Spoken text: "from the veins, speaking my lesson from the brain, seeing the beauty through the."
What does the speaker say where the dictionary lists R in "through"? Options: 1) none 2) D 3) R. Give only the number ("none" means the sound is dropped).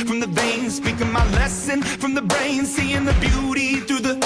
1